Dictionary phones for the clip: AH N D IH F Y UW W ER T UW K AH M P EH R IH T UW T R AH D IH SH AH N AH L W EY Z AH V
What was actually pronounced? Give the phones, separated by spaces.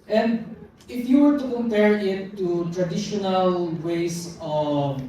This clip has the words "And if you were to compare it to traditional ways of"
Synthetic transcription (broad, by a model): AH N D IH F Y UW W ER T UW K AH M P EH R IH T UW T R AH D IH SH AH N AH L W EY S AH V